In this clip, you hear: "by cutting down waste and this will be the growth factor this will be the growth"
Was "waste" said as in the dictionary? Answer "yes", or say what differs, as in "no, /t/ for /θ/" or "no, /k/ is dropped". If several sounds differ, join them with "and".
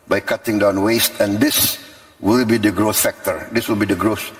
yes